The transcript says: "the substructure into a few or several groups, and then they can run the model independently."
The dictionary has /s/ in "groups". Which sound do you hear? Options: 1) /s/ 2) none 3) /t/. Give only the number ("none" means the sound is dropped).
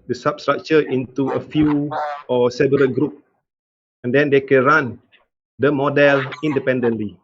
2